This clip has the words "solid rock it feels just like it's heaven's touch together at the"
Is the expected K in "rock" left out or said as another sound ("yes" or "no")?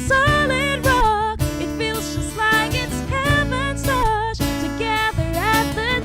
yes